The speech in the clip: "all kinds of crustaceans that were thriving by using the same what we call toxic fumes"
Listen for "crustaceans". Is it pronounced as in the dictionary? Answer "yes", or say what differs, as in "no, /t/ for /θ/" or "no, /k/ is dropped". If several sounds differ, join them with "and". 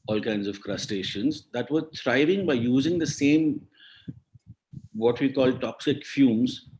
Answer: yes